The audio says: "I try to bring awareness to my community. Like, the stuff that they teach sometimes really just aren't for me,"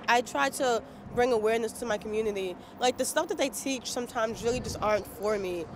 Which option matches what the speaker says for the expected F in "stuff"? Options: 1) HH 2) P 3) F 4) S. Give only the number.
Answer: 3